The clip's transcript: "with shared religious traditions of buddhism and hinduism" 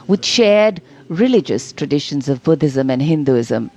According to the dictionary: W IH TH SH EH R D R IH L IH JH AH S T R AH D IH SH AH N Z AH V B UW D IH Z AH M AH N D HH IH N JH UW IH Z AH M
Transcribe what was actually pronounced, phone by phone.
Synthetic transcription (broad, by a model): W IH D SH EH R D R IH L IH JH AH S T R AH D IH SH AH N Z AH V B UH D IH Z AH M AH N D HH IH N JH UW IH Z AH M